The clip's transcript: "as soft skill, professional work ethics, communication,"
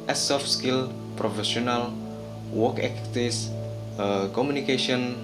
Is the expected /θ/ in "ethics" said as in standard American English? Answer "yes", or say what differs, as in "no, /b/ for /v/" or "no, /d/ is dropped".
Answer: no, /t/ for /θ/